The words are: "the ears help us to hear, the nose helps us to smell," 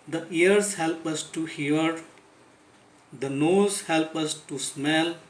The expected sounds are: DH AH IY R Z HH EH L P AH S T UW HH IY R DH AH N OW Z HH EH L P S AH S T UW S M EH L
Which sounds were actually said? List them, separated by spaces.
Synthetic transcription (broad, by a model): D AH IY R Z HH EH L P AH S T UW HH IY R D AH N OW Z HH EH L P AH S T UW S M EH L